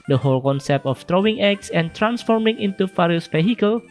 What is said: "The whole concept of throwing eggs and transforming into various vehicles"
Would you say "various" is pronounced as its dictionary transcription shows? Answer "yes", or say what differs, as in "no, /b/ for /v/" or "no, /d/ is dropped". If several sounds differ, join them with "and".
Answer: no, /f/ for /v/